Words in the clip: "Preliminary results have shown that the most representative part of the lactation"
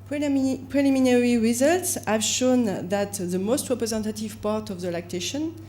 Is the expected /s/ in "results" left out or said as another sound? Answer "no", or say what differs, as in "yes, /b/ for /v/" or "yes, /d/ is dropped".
no